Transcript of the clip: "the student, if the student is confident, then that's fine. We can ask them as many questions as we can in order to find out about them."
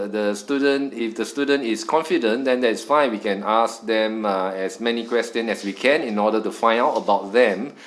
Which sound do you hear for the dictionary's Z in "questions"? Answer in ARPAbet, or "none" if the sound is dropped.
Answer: none